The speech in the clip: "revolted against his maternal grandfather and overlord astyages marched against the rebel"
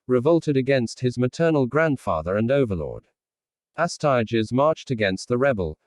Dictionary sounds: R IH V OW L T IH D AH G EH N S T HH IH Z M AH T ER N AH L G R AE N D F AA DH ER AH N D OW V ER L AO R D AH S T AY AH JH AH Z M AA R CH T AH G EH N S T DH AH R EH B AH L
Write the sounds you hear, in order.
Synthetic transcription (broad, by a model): R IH V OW L T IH D AH G EH N S T HH IH Z M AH T ER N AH L G R AE N D F AA DH ER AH N OW V ER L AO R D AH S T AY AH JH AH Z M AA R CH T AH G EH N S T DH AH R EH B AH L